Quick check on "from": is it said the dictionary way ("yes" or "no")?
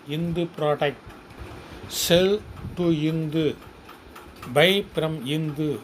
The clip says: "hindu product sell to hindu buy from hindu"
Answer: no